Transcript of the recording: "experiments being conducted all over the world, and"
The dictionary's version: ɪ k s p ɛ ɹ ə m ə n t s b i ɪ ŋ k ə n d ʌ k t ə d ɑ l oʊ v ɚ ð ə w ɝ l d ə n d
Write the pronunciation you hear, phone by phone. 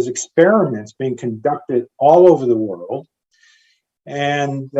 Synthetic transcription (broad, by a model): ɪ k s p ɛ ɹ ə m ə n t s b i ɪ ŋ k ə n d ʌ k t ə d ɑ l oʊ v ɚ ð ə w ɝ l d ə n